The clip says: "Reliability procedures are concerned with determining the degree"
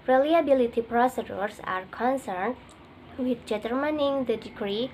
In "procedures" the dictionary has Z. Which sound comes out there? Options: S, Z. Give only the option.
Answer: S